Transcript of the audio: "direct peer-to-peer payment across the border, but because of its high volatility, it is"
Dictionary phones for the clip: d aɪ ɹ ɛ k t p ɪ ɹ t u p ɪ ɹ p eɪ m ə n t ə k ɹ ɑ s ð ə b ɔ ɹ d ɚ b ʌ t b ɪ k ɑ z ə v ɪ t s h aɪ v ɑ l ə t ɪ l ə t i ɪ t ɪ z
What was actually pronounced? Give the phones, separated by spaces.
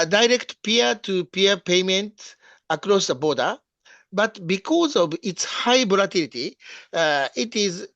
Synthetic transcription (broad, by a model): d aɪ ɹ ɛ k t p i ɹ t u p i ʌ p eɪ m ə n t ə k ɹ ɑ s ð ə b ɔ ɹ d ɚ b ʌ t b ɪ k ɑ z ə v ɪ t s h aɪ b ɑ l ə t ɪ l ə t i ɪ t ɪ z